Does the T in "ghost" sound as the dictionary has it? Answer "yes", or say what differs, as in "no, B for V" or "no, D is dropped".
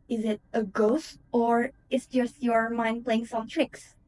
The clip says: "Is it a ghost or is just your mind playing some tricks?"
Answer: yes